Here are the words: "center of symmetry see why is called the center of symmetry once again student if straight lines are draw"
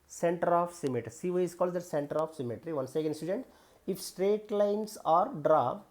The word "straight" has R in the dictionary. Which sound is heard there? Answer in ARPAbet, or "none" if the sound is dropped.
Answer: R